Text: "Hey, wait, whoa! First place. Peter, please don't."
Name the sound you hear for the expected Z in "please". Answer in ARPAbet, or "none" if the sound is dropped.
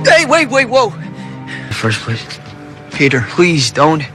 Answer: Z